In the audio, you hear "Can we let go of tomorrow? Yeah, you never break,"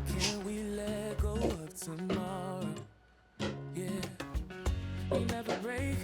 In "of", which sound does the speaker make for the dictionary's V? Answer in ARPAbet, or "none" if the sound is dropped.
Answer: P